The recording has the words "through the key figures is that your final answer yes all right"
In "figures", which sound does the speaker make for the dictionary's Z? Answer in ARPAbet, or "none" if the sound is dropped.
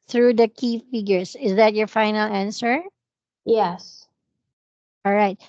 S